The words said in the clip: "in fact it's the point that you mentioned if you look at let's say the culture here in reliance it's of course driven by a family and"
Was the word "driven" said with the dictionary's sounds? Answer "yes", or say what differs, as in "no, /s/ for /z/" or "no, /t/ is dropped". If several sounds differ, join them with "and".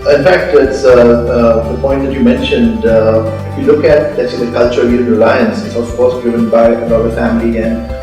no, /v/ is dropped